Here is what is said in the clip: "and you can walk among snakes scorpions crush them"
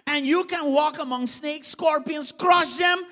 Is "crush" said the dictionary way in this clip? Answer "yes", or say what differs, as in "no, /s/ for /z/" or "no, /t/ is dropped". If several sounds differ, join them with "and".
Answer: no, /s/ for /ʃ/